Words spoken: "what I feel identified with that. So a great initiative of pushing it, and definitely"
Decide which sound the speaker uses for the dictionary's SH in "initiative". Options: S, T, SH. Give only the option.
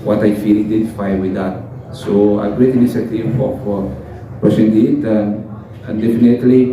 S